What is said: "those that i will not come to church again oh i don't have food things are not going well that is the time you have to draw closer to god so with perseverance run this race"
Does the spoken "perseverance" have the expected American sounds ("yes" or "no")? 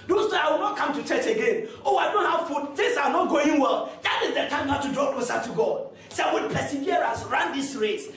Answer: no